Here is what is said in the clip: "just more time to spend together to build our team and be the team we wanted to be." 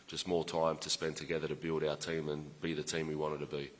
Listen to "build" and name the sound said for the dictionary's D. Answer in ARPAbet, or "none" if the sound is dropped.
D